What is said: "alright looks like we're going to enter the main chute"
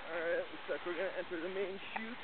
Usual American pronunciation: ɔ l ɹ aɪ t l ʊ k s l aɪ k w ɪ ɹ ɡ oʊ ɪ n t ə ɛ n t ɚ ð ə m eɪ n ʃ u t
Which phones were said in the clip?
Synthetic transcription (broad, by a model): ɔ ɹ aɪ t w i s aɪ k w ɪ ɹ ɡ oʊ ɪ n t ɛ n t ɚ ð ə m eɪ n ʃ u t